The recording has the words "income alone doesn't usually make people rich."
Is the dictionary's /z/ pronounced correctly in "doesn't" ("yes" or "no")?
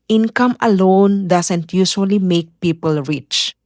no